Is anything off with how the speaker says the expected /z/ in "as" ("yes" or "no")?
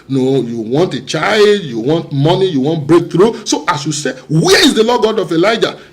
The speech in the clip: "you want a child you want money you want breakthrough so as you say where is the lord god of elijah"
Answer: yes